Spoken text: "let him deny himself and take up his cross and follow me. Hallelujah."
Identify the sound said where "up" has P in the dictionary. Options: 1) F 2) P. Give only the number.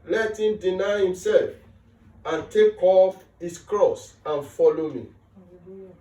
1